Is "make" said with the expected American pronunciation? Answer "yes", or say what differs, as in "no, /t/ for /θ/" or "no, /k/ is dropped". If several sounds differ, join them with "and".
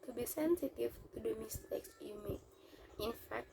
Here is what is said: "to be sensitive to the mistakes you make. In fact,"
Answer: no, /k/ is dropped